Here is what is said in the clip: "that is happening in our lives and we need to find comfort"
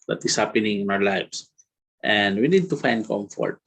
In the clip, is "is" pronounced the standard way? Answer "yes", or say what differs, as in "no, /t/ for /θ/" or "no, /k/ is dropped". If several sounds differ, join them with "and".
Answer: no, /s/ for /z/